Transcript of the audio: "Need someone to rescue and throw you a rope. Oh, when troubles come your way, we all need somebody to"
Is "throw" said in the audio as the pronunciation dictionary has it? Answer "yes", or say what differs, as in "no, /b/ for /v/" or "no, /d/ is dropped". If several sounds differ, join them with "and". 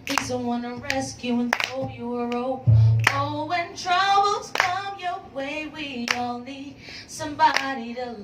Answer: no, /ɹ/ is dropped